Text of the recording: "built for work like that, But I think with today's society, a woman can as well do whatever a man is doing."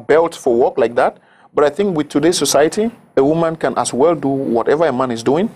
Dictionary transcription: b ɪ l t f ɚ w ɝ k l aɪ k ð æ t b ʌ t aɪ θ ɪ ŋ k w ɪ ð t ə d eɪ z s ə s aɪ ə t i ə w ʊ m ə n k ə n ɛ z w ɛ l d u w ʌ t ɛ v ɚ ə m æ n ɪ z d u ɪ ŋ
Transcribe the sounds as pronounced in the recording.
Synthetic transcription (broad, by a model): b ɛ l t f ɚ w ɝ k l aɪ k ð æ t b ʌ t aɪ θ ɪ ŋ k w ɪ ð t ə d eɪ s ə s aɪ ə t i ə w ʊ m ə n k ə n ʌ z w ɛ l d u w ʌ t ɛ v ɚ ə m æ n ɪ z d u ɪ ŋ